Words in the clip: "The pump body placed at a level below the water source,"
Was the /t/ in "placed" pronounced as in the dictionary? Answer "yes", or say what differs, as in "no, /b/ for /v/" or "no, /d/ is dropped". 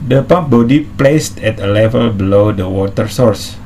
yes